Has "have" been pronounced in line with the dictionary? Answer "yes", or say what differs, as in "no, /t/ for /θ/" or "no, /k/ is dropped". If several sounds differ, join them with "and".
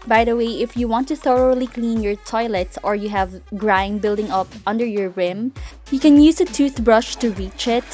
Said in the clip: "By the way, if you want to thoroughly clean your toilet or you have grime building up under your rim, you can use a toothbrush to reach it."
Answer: yes